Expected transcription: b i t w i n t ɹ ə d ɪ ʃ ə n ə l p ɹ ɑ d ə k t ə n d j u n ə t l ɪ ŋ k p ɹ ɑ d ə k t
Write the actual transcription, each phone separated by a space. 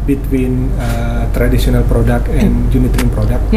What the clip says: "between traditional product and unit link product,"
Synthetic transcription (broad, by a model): b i t w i n t ɹ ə d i s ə n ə l p ɹ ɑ d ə k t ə n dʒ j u n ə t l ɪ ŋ p ɹ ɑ d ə k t